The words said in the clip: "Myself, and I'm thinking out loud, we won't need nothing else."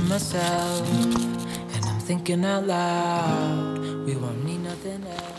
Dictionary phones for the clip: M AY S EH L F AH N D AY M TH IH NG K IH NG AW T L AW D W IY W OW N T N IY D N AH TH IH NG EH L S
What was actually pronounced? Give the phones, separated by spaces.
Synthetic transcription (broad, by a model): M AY S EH L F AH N AY M TH IH NG K IH NG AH L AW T W IY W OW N N IY D N AH TH IH NG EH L